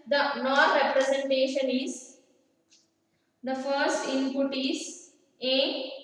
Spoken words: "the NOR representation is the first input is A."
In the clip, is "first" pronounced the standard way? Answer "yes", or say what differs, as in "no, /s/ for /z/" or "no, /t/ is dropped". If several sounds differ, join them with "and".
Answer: yes